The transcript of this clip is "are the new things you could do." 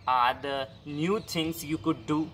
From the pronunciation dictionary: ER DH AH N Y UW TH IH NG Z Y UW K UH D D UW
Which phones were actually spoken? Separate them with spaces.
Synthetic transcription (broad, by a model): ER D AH N Y UW T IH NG S Y UW K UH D D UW